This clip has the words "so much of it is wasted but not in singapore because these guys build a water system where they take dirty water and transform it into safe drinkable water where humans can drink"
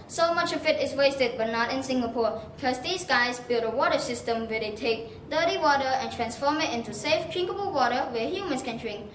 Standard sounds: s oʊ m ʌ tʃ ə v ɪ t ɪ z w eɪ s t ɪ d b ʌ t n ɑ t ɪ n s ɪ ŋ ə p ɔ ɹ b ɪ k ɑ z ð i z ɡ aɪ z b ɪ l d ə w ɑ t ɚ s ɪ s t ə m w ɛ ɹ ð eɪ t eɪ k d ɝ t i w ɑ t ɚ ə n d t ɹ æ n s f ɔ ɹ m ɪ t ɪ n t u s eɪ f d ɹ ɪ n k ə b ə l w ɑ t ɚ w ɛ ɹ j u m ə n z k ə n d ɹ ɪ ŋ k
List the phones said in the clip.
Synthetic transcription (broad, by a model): s oʊ m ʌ tʃ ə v ɪ t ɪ s w eɪ s t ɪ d b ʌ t n ɑ t ɪ n s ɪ ŋ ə p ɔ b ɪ k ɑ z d i s ɡ aɪ s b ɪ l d ə w ɑ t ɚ s ɪ s t ə m w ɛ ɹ eɪ t eɪ k d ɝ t i w ɑ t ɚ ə n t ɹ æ n s f ɔ m ɪ t ɪ n t u s eɪ f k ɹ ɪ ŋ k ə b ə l w ɑ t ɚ w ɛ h j u m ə n s k ə n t ɹ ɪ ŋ